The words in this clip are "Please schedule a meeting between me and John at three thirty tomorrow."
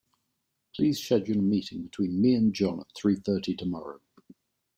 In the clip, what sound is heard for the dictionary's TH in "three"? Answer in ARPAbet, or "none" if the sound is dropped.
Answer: TH